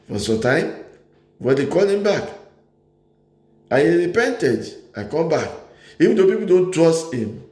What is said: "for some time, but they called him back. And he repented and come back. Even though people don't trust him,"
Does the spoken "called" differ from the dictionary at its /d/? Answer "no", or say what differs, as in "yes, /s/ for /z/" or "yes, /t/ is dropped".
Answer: yes, /d/ is dropped